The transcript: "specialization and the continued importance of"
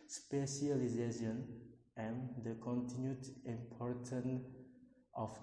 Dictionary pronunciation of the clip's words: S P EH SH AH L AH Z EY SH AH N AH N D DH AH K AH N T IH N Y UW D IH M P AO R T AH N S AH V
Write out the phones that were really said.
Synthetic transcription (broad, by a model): S P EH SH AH L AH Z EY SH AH N AH N D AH K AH N T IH N Y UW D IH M P AO R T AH N AH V